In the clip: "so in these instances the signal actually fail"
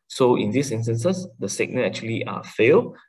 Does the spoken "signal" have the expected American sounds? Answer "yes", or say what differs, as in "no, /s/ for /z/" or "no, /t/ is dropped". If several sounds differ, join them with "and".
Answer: no, /n/ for /l/